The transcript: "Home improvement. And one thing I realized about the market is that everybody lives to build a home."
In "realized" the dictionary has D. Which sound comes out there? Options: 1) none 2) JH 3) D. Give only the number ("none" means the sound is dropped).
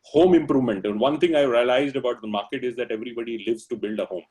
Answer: 3